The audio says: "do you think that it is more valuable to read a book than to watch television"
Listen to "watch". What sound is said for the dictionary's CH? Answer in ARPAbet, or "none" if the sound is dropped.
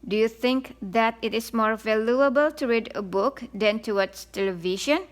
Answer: S